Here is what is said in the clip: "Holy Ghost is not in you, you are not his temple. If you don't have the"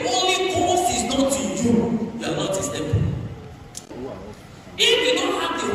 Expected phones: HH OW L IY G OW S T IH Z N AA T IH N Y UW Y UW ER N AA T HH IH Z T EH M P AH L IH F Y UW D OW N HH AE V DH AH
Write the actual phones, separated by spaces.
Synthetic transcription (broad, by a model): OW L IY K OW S IH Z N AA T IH Y UW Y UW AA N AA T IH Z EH P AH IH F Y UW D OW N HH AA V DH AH